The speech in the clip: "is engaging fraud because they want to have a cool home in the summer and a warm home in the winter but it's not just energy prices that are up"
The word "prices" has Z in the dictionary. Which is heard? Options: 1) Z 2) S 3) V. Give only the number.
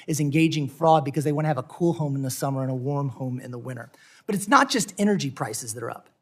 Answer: 1